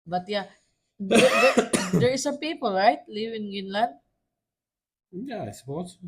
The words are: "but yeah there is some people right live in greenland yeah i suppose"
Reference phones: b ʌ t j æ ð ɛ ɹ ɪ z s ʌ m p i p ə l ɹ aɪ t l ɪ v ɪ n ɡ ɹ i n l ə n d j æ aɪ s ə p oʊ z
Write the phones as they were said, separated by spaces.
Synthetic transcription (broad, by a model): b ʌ t j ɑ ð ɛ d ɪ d s ʌ m p i p ə l ɹ aɪ t l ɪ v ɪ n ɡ i n l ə n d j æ aɪ s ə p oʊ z